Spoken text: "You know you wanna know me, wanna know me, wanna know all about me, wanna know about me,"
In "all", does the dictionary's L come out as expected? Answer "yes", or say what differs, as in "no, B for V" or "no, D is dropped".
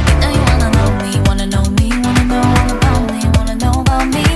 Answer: no, N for L